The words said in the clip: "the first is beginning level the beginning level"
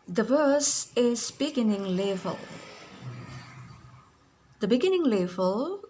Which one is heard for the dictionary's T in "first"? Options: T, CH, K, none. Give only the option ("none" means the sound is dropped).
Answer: none